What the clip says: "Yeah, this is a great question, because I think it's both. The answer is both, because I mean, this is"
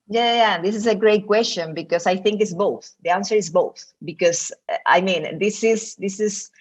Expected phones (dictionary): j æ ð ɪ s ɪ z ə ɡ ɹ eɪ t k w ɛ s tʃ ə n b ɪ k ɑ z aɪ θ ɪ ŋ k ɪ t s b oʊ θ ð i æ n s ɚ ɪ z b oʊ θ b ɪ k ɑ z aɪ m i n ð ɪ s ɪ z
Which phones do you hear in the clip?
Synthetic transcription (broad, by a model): j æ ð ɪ s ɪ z ə ɡ ɹ eɪ t k w ɛ s tʃ ə n b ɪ k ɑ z aɪ θ ɪ ŋ k ɪ t s b oʊ θ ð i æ n s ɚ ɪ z b oʊ θ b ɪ k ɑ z aɪ m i n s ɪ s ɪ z